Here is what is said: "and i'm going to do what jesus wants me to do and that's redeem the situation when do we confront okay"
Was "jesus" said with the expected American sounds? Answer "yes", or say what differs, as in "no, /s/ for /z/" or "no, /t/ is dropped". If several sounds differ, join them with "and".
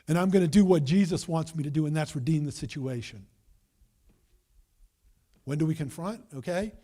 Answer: yes